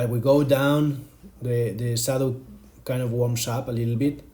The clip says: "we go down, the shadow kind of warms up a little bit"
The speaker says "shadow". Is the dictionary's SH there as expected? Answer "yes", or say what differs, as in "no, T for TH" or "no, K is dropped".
no, S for SH